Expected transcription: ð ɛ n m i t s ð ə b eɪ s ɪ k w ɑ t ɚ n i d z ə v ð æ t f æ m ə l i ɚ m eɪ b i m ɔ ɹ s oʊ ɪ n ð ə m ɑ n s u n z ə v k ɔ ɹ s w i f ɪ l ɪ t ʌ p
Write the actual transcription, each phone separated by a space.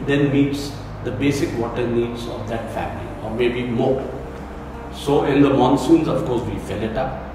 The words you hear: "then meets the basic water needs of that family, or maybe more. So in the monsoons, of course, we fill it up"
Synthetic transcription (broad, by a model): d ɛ n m i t s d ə b eɪ s ɪ k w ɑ t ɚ n i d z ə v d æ t f æ m ə l i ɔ m eɪ b i m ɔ s oʊ ɪ n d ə m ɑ n s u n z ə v k ɔ ɹ s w i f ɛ l ɪ t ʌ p